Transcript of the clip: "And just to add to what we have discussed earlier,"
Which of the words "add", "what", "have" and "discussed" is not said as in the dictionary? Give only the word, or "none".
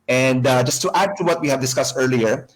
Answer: none